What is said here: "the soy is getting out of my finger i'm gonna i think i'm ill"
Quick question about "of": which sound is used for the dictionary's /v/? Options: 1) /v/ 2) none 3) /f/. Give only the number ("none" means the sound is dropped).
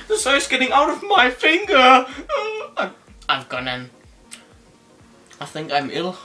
1